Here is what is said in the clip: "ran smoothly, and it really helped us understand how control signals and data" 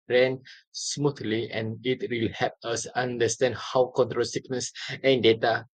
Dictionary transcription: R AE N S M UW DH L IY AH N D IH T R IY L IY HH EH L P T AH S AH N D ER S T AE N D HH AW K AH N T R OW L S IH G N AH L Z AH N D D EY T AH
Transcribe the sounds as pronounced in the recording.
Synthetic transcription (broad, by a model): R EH N S M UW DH L IY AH N IH T W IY L HH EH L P AH S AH N D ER S T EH N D HH AW K AH N T R OW L S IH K N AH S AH N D D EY T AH